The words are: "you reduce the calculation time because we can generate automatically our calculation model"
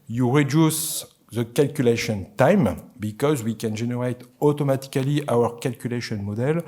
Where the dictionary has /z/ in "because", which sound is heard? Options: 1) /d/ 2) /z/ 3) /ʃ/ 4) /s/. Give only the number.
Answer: 2